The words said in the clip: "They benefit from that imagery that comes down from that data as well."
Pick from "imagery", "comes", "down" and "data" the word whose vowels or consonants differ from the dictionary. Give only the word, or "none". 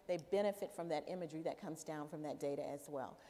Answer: none